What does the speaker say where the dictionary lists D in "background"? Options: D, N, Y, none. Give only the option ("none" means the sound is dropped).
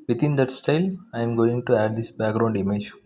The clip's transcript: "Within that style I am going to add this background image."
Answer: D